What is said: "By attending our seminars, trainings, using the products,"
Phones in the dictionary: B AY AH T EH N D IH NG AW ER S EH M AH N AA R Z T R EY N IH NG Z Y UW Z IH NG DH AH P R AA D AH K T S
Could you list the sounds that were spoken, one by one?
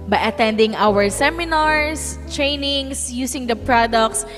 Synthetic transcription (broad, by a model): B AY AH T EH N D IH NG AW ER S EH M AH N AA R S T R EY N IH NG S Y UW S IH NG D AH P R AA D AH K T S